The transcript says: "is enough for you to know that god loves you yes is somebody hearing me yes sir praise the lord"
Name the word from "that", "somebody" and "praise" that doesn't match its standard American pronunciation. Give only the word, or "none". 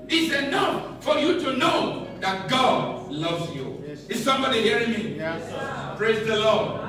none